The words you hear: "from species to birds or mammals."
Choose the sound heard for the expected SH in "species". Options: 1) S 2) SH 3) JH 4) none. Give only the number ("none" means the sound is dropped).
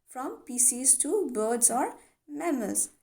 1